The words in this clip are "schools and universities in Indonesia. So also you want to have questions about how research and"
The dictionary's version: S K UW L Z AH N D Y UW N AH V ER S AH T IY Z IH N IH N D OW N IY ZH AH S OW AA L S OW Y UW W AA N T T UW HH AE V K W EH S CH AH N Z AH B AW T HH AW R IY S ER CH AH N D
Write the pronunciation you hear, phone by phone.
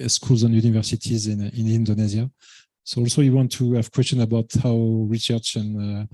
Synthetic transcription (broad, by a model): S K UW L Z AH N Y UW N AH V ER S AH T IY Z IH N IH N D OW N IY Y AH S OW AA L S OW Y UW W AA N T T UW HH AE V K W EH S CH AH N AH B AW T HH AW R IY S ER CH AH N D